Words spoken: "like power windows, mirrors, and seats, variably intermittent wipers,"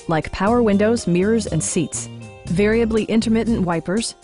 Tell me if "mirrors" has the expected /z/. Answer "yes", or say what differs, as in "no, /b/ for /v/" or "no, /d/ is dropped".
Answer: yes